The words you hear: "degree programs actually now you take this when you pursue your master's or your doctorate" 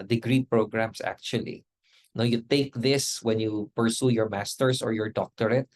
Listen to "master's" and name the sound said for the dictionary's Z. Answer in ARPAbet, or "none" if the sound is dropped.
S